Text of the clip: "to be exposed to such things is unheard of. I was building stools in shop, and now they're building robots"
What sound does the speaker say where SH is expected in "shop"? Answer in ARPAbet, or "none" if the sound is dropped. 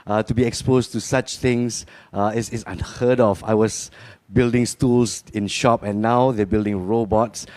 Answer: SH